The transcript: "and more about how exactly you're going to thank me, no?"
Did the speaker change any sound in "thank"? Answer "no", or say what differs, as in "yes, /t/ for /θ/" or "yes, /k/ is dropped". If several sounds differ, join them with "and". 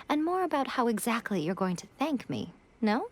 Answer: no